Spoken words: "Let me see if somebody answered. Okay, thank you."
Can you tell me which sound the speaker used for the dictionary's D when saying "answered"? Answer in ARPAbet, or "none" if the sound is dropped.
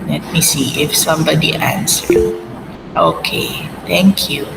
none